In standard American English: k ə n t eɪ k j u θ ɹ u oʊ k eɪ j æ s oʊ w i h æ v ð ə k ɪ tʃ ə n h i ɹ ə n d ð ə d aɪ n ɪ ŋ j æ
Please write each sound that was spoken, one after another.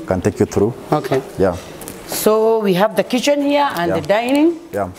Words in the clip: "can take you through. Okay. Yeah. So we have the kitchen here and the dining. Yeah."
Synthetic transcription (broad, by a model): k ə n t eɪ k j u t ɹ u oʊ k eɪ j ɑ s oʊ w i h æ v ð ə k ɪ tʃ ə n h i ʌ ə n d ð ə d aɪ n ɪ ŋ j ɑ